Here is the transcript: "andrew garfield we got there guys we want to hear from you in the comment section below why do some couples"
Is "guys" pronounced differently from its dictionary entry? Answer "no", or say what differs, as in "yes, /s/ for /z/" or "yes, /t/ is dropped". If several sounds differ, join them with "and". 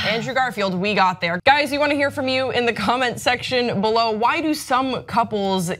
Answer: no